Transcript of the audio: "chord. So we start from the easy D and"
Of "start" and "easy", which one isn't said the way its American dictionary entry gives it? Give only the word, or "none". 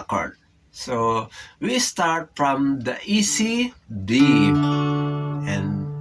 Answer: easy